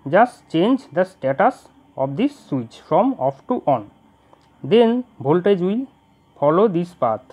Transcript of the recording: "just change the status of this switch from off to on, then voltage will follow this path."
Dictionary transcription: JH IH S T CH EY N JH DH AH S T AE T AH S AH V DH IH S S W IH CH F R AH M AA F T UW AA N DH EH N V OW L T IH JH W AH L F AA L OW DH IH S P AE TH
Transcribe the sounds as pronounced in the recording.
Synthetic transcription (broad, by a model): JH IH S T CH EY N JH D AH S T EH T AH S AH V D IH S S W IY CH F R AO M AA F T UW AA N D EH N B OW L T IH JH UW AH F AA L OW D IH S P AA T